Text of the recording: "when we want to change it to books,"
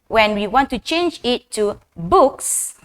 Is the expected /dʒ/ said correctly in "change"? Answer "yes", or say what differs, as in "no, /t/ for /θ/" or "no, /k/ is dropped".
yes